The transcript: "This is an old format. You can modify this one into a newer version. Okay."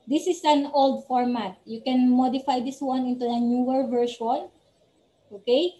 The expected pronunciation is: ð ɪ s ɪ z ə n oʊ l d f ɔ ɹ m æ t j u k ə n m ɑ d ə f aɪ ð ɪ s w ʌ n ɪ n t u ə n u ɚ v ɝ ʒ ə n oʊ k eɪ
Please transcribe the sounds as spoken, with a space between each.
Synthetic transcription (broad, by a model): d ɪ s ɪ s ə n oʊ l d f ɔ ɹ m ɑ t j u k ə n m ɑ d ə f aɪ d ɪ s w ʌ n ɪ n t u ə n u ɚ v ɝ ʃ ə n oʊ k eɪ